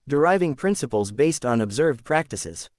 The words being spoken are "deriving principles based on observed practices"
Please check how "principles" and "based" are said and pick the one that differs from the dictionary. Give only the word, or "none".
none